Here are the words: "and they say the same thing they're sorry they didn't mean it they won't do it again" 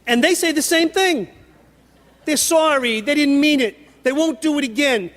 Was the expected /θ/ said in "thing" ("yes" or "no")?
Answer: yes